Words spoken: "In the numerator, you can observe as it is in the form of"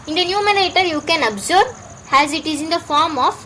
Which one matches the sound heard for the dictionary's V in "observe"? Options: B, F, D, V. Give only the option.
B